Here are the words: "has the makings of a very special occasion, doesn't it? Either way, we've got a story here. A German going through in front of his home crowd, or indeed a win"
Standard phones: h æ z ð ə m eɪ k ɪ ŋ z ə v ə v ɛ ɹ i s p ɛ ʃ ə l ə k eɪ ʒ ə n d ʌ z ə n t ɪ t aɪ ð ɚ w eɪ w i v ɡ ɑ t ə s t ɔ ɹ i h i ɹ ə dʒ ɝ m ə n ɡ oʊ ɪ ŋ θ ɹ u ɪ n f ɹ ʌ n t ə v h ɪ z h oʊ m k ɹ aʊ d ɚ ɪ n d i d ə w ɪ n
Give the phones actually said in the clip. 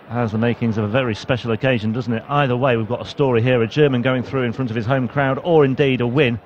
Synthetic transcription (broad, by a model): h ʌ z ð ə m eɪ k ɪ ŋ z ə v ə v ɛ ɹ i s p ɛ ʃ l ə k eɪ ʒ ə n d ʌ z n t ɪ t aɪ ð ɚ w eɪ w i v ɡ ɑ t ə s t ɔ ɹ i h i ɹ ə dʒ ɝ m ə n ɡ oʊ ɪ ŋ θ ɹ u ɪ n f ɹ ʌ n t ə v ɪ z h oʊ m k ɹ aʊ d ɚ ɪ n d i d ə w ɪ n